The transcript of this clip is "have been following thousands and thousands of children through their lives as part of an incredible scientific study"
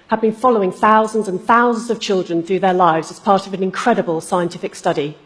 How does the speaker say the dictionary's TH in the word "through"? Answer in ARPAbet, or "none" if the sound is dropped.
TH